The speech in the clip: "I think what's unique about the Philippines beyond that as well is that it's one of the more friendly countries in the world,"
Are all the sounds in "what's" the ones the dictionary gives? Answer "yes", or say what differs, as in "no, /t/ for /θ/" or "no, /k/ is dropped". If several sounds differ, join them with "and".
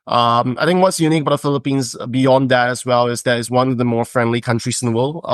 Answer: yes